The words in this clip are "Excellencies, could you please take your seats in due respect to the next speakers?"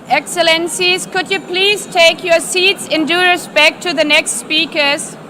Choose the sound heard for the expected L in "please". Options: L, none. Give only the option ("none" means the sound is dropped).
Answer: L